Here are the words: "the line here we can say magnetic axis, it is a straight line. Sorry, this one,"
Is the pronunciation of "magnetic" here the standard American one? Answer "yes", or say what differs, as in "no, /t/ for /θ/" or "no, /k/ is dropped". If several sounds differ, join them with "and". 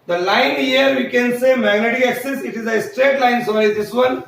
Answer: no, /k/ is dropped